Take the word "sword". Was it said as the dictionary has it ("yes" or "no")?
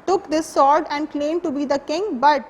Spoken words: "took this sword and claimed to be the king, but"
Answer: yes